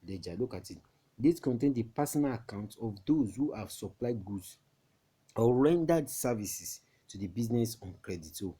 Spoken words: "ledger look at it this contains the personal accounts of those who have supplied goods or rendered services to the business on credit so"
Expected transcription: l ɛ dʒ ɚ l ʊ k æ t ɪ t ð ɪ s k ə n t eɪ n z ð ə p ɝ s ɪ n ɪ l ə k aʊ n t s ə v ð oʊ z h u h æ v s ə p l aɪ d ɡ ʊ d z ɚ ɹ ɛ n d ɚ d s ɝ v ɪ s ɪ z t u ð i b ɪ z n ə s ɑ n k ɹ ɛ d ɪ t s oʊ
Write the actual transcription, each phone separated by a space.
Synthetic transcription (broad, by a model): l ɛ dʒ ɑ l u k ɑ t ɪ t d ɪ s k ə n t eɪ n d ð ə p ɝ s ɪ n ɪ l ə k aʊ n t ə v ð oʊ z h u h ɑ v s ə p l aɪ d ɡ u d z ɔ ɹ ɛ n d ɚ d s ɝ v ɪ s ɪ s t u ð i b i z n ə s ɑ n k ɹ ɛ d ɪ t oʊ